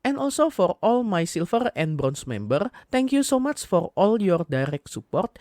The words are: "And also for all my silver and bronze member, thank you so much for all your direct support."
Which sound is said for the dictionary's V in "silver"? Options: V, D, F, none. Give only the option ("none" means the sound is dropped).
F